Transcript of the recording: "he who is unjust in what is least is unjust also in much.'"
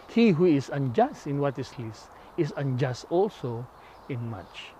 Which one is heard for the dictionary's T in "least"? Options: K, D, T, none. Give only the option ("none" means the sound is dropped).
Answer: none